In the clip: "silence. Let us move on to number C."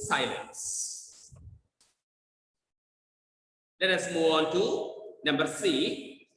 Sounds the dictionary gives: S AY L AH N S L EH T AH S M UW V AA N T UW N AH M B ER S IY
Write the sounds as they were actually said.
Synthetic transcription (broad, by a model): S AY L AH N S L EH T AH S M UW AA N T UW N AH M B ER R IY